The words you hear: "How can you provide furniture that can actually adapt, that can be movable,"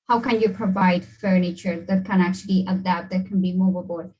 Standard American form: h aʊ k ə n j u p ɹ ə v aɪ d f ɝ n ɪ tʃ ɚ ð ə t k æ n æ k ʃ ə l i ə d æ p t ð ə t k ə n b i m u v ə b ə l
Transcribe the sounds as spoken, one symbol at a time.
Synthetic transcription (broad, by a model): h aʊ k ə n j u p ɹ ə v aɪ d f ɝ n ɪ tʃ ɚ ð ə t k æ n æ k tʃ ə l i ə d æ p t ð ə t k ə n b i m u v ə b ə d